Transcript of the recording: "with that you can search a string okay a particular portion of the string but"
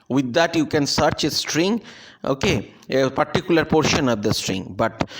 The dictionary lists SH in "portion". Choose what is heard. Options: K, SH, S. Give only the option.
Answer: SH